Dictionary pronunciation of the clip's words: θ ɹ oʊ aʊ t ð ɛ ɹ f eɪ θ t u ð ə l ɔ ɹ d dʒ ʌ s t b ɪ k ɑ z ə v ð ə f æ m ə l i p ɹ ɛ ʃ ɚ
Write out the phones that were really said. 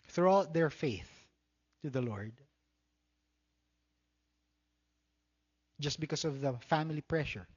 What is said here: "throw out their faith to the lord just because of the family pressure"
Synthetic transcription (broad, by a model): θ ɹ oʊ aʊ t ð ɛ ɹ f eɪ θ t u ð ə l ɔ ɹ d dʒ ʌ s t b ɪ k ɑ s ə v ð ə f æ m ə l i p ɹ ɛ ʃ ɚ